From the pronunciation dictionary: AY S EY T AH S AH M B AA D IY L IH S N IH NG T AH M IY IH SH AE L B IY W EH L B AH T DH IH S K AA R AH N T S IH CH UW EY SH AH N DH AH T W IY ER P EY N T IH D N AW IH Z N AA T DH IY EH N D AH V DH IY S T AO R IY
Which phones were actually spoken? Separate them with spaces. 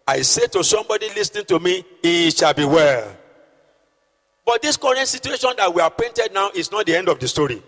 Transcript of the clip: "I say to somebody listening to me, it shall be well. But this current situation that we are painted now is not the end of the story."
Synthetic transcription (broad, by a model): AY S EY T AH S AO M B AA D IY L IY S N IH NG T AH M IY IH SH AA L B IY W EH L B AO T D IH S K AA R AH N T S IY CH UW EY SH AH N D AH T W IY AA P EY N T IH D N AW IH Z N AA T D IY EH N D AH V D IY S T AO R IY